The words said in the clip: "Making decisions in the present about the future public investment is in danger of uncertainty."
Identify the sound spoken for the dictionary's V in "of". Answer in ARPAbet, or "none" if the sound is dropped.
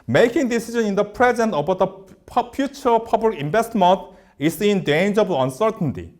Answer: B